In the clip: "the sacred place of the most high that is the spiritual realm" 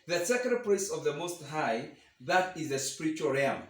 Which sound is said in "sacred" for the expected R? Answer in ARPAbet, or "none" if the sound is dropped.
none